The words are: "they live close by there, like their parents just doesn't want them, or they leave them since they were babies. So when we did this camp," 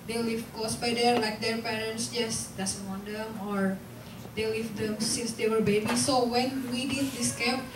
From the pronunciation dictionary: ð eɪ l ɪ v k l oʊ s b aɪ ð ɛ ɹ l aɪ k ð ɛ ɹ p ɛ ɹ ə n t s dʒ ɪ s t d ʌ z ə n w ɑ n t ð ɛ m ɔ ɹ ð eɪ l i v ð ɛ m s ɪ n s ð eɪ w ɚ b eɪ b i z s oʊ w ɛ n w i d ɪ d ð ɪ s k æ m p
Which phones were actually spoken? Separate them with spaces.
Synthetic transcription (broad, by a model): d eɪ l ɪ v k oʊ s b aɪ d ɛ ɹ l aɪ k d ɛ ɹ p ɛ ɹ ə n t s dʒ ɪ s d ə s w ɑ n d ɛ m ɔ ɹ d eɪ l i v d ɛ m s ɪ n s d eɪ w ɚ b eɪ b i s oʊ w ɛ n w i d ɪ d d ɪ s k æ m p